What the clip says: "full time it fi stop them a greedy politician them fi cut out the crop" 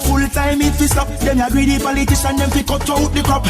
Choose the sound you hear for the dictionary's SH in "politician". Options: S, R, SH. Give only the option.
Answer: S